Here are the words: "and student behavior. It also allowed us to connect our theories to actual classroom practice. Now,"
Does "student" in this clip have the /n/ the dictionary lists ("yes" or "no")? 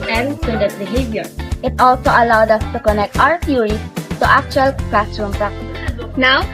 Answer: no